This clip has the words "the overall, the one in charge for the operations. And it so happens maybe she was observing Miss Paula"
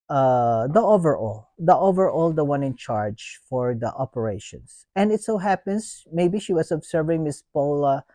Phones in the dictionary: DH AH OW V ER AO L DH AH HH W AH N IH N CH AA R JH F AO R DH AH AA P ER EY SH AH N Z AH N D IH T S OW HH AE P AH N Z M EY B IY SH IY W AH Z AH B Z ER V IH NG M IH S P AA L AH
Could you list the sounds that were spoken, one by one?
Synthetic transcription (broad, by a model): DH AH OW V ER AO L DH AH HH W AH N IH N CH AA R JH F AO R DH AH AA P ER EY SH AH N S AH N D IH T S OW HH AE P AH N S M EY B IY SH IY W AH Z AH B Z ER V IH NG M IH S P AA L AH